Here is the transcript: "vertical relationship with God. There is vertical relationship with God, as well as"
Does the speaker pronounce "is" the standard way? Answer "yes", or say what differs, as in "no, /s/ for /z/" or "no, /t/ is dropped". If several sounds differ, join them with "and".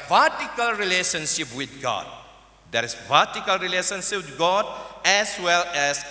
no, /s/ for /z/